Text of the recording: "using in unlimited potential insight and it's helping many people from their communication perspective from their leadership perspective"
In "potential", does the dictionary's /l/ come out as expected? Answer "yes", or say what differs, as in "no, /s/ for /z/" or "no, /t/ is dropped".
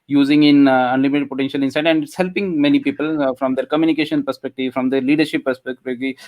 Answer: yes